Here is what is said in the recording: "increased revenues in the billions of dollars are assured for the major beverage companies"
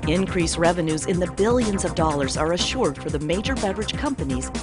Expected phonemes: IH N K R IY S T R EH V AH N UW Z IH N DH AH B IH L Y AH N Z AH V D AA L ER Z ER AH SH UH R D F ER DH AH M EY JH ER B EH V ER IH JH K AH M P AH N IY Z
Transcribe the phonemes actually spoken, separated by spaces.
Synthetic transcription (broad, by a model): IH N K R IY S R EH V AH N UW Z IH N DH AH B IH L Y AH N Z AH V D AA L ER Z ER AH SH UH R D F ER DH AH M EY JH ER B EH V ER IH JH K AH M P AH N IY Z